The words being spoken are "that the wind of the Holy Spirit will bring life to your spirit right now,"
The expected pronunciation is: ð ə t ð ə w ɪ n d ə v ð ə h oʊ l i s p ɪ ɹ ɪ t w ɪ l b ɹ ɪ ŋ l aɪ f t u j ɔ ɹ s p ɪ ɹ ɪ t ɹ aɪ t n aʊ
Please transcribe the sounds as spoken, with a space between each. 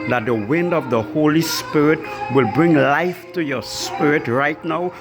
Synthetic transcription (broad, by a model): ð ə t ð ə w ɪ n d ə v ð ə h oʊ l i s p ɪ ɹ ɪ t w ɪ l b ɹ ɪ ŋ l aɪ f t u j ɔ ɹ s p ɪ ɹ ɪ t ɹ aɪ t n aʊ